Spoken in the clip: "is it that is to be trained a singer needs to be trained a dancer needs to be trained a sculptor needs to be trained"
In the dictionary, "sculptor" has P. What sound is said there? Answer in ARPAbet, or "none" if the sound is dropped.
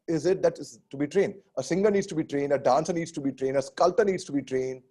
none